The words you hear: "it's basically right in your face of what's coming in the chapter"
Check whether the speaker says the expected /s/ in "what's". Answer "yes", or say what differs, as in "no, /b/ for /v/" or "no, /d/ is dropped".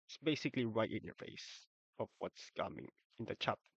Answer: yes